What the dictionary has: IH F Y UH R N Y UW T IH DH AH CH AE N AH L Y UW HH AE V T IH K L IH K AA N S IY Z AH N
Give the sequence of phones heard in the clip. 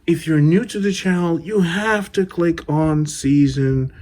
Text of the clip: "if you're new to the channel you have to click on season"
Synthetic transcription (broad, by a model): IH F Y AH R N Y UW T IH DH AH CH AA AH L Y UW HH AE F T IH K L IH K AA N S IY Z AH N